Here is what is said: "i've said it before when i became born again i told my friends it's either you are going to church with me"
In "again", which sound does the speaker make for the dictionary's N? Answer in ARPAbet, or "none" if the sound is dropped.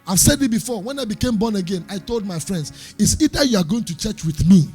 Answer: N